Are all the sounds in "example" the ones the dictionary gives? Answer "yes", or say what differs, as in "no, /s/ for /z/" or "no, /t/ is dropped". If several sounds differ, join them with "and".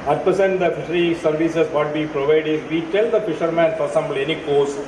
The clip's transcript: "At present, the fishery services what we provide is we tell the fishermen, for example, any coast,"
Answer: no, /b/ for /p/